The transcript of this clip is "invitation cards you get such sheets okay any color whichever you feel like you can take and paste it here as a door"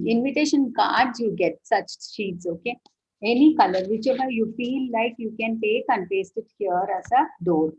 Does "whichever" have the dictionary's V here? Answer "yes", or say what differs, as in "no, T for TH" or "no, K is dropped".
no, B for V